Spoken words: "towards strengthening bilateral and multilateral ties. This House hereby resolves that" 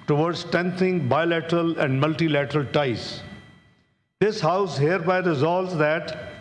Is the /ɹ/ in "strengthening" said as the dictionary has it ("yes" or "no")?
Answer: no